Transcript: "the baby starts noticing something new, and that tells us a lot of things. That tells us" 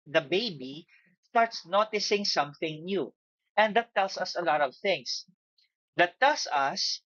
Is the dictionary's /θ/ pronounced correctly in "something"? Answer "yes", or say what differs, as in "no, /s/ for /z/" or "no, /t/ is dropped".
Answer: yes